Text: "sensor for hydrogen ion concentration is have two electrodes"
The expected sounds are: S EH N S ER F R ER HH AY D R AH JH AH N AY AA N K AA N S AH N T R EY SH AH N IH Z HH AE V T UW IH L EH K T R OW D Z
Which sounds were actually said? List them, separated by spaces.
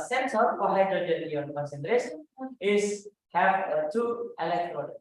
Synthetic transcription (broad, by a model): S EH N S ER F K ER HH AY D AH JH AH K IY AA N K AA N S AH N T R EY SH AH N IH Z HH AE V T UW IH L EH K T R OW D